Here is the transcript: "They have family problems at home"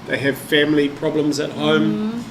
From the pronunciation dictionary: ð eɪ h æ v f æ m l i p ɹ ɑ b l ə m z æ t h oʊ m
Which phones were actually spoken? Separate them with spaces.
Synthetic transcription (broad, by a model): ð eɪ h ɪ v f æ m l i p ɹ ɑ b l ə m z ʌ t h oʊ m